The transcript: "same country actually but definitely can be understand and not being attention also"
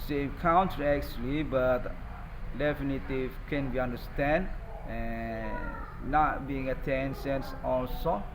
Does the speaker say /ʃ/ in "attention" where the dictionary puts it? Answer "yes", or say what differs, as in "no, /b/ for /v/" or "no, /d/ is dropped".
no, /s/ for /ʃ/